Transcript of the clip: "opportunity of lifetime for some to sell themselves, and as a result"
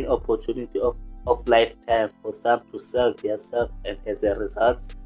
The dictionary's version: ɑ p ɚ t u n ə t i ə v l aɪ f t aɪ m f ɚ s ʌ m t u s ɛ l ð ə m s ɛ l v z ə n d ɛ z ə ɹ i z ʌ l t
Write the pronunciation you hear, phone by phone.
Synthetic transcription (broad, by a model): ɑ p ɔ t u n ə t i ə f l aɪ f t aɪ m f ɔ s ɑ m t u s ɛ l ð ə s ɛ l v ə n d ɛ z ə ɹ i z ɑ l t